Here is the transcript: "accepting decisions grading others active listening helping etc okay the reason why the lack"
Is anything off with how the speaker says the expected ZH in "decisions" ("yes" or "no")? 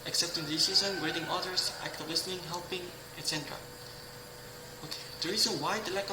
yes